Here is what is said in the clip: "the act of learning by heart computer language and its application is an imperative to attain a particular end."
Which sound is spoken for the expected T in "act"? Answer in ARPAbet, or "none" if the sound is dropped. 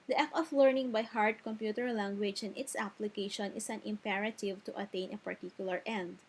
none